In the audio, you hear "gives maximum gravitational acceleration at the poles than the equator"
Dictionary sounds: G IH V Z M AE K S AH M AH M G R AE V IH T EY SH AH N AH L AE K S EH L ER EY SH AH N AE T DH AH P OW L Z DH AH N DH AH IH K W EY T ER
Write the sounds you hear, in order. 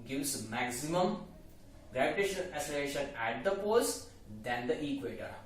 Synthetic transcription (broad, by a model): G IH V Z M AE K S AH M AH M G R AE V IH T EY SH AH N AH L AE S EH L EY SH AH N AE T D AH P OW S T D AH N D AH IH K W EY T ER